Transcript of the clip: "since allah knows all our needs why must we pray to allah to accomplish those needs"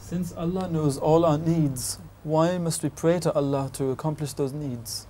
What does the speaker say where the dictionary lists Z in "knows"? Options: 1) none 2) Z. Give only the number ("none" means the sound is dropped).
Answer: 2